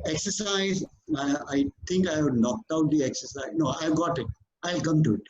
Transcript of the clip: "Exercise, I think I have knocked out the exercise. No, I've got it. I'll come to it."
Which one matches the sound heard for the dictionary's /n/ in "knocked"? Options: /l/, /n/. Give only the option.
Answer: /n/